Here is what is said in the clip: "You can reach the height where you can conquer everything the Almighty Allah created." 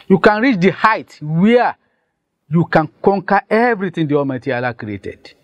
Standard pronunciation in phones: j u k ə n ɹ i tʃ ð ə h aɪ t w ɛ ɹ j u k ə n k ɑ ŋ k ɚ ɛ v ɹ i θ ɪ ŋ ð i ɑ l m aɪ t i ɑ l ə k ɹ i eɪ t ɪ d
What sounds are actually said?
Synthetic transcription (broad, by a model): j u k ə n ɹ i tʃ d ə h aɪ t w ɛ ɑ j u k ə n k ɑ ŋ k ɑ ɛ v ɹ i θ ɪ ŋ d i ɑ m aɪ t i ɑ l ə k ɹ i eɪ t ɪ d